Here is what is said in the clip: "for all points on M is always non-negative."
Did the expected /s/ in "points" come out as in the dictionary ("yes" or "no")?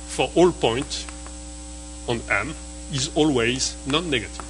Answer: no